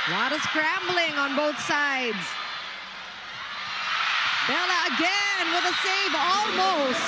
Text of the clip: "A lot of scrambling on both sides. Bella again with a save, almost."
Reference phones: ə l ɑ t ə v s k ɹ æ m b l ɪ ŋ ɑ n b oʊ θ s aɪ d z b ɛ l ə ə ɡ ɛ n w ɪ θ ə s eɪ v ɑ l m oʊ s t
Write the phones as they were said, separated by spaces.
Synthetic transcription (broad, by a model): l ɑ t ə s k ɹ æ m b l ɪ ŋ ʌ n b oʊ θ s aɪ d z b ɛ l ə ə ɡ ɛ n w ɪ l ə s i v ɑ l m oʊ s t